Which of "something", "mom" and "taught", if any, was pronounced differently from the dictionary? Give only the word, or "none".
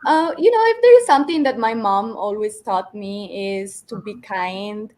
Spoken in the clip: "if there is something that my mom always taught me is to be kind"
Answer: something